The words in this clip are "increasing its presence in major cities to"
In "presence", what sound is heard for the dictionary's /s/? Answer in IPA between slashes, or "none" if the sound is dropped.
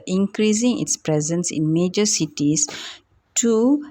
/s/